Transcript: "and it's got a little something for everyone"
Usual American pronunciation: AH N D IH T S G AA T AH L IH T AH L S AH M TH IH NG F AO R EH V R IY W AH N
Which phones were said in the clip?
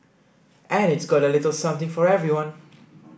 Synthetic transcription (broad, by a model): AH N IH T S G AA T AH L IH T AH L S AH M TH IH NG F AO R EH V R IY W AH N